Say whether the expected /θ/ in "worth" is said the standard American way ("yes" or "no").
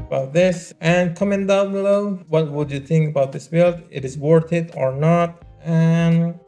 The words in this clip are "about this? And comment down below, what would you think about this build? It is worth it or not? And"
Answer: no